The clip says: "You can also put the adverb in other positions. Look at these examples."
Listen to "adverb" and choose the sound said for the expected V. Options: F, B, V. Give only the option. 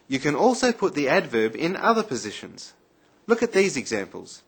V